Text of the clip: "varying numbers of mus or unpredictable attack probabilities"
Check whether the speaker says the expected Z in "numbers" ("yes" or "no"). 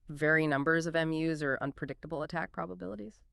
yes